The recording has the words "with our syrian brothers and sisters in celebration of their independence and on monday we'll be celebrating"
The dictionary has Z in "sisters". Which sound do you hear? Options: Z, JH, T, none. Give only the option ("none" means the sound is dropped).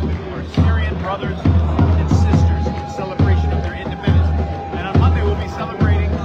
Z